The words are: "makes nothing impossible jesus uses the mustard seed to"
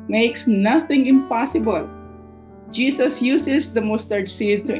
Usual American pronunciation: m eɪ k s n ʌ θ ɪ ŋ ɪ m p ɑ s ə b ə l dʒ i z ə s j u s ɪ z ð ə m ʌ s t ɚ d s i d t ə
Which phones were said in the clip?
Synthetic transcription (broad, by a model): m eɪ k s n ʌ θ ɪ ŋ ɪ m p ɑ s ə b ə l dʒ i s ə s j u s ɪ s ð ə m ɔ s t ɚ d s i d t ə